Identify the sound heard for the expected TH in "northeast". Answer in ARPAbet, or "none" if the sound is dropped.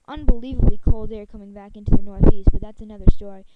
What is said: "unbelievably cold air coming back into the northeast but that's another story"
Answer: TH